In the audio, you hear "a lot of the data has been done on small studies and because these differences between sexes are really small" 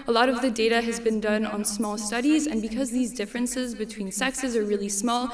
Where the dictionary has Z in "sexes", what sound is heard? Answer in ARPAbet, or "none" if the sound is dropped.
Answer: Z